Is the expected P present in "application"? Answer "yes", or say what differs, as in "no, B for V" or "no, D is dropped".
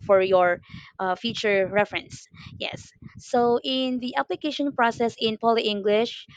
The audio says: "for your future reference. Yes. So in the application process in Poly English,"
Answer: yes